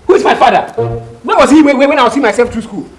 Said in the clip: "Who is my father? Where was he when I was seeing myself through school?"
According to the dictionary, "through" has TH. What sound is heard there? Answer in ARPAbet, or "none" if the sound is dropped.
T